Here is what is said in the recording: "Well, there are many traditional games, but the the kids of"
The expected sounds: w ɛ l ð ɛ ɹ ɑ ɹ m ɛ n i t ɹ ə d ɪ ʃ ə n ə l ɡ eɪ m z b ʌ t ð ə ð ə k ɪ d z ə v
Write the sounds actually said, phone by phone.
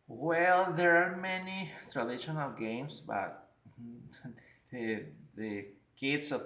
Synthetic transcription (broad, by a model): w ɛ l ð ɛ ɹ ɑ ɹ m ɛ n i t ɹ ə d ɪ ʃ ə n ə l ɡ eɪ m s b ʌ t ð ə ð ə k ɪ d s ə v